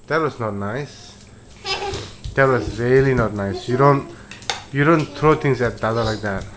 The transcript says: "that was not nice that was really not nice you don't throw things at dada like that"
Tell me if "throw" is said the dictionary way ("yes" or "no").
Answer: no